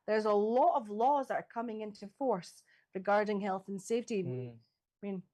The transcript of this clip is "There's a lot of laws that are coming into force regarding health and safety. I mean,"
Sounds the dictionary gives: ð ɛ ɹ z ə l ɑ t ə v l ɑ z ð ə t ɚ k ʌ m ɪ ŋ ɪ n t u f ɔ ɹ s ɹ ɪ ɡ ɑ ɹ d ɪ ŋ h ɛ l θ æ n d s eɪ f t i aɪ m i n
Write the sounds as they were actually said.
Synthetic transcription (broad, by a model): ð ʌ ɹ z ə l ɑ t ə v l ɑ z ð ə t ɚ k ʌ m ɪ ŋ ɪ n t u f ɔ ɹ s ɹ ɪ ɡ ɑ ɹ d ɪ ŋ h ɛ l θ n s eɪ f t i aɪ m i n